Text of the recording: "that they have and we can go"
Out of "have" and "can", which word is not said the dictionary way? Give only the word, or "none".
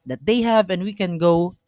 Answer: none